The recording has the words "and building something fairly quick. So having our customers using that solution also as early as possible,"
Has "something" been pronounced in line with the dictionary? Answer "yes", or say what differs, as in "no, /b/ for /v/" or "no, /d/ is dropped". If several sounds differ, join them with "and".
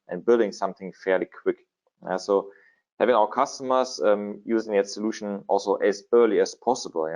yes